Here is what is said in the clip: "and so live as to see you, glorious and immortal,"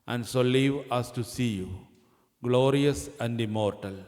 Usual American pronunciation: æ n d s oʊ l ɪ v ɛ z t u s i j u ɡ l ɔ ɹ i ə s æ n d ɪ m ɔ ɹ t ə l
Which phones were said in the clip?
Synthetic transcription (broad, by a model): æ n d s oʊ l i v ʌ s t u s i j u ɡ l ɔ ɹ i ə s æ n d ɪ m ɔ ɹ t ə l